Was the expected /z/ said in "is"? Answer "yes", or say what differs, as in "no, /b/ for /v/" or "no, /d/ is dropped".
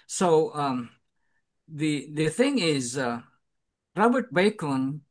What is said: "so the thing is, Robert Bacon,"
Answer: yes